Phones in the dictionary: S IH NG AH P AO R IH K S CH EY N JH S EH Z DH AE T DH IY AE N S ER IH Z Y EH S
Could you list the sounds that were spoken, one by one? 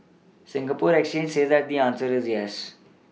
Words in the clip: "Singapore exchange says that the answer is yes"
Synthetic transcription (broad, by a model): S IH NG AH P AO R IH K S CH EY N JH S EH Z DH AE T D IY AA N S ER IH Z Y EH S